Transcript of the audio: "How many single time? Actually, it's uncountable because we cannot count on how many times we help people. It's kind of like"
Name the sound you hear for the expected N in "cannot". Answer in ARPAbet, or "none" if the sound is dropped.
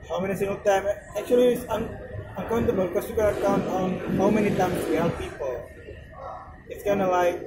L